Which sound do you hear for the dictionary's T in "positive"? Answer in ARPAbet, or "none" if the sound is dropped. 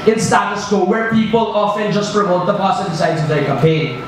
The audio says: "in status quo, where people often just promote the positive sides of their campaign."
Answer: S